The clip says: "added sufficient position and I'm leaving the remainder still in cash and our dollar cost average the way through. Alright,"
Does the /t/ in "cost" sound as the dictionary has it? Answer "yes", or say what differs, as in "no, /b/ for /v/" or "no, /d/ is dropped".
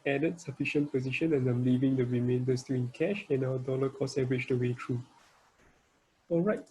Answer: no, /t/ is dropped